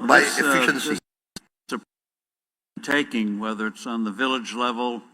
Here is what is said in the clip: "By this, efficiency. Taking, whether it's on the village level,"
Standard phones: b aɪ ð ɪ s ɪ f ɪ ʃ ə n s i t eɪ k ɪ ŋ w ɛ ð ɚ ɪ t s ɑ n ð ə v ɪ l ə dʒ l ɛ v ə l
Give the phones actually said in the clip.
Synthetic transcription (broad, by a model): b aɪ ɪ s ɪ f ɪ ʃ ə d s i t eɪ k ɪ ŋ w ɛ ð ɚ ɪ t s n ð ə v ɪ l ə dʒ l ɛ v l